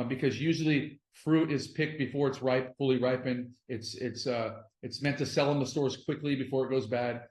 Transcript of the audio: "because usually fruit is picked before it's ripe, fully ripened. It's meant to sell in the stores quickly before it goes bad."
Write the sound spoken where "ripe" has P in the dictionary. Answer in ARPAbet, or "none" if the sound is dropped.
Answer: P